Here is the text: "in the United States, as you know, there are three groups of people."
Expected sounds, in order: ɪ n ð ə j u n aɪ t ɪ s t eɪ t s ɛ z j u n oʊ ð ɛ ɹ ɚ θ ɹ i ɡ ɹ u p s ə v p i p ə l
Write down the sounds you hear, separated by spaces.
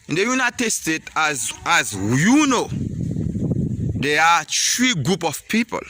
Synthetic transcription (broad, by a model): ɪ n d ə j u n aɪ t ɪ s t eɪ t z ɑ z j u n oʊ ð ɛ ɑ t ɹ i ɡ ɹ u p ə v p i p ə l